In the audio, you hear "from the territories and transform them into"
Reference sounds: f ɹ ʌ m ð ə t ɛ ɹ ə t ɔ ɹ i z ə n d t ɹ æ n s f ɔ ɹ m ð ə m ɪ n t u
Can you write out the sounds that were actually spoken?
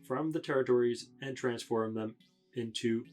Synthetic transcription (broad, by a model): f ɹ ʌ m ð ə t ɛ ɹ ə t ɔ ɹ i z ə n t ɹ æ n s f ɔ ɹ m ð ə m ɪ n t u